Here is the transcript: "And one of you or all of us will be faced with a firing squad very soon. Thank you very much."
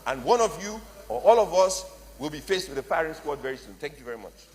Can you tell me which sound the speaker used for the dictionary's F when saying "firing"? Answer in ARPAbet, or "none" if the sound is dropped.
P